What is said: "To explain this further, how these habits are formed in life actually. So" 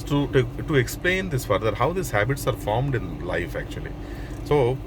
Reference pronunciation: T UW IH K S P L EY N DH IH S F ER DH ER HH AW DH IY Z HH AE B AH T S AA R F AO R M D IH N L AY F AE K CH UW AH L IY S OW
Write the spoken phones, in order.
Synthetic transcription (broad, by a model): T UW IH K S P L EY N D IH S F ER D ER HH AW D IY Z HH AE B AH T S AA R F AO R M D IH N L AY F AE K CH UW AH L IY S OW